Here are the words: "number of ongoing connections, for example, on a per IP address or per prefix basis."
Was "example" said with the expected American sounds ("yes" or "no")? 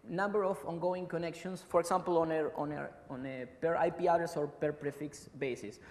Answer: no